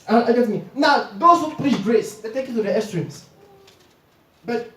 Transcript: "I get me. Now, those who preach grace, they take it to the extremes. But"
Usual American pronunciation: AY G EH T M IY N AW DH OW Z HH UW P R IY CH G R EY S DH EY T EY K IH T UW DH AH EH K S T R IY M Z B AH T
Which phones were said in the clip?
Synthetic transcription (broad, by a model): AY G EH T M IY N AW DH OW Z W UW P L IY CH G R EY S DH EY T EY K IH T UW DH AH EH S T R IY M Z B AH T